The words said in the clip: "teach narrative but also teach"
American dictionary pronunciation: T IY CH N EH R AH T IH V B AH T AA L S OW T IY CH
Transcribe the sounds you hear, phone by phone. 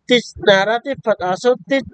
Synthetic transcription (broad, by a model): T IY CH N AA R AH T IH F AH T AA S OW T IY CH